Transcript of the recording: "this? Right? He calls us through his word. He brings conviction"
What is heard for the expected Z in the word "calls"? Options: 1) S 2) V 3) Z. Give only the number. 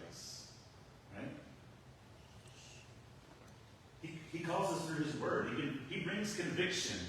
3